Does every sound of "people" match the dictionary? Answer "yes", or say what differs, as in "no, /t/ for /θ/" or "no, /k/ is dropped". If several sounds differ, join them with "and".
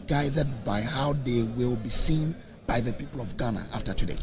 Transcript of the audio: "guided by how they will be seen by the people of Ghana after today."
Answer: yes